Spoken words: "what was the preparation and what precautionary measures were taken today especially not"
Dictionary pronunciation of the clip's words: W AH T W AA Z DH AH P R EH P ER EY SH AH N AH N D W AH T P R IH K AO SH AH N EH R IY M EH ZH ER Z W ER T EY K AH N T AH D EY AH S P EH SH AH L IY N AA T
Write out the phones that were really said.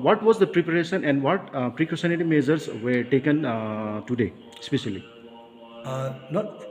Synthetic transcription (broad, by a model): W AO T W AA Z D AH P R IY P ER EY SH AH N AH N D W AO T P R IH K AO S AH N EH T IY M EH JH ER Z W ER T EY K AH N T AH D EY S P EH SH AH L IY N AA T